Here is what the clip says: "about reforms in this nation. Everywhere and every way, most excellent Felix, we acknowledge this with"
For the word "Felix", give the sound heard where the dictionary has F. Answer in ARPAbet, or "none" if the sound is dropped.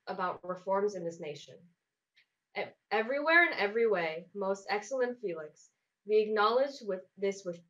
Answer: F